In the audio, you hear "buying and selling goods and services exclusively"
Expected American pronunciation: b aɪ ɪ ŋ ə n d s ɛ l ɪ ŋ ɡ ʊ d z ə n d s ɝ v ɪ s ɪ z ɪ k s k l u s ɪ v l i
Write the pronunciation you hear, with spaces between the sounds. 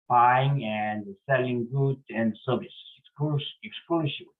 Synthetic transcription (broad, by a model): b aɪ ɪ ŋ ə n d s ɛ l ɪ ŋ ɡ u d ə n d s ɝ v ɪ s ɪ ɪ k s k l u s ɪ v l